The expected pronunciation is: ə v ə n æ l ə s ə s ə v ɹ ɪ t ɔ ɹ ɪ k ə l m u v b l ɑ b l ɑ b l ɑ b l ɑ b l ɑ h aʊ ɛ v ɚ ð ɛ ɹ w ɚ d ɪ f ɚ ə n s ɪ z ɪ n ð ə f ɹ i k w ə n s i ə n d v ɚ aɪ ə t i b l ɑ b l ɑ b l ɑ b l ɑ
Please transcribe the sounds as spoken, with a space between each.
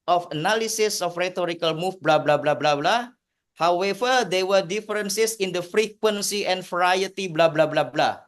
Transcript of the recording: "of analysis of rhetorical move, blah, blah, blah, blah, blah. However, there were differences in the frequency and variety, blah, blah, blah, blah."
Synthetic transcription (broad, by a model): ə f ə n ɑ l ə s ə s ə f ɹ ɪ t ɔ ɹ ɪ k ə l m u f b l ɑ b l ɑ b l ɑ b l ɑ b l ɑ h aʊ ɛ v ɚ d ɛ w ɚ d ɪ f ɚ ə n s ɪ s ɪ n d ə f ɹ i k w ə n s i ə n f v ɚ aɪ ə t i b l ɑ b l ɑ b l ɑ b l ɑ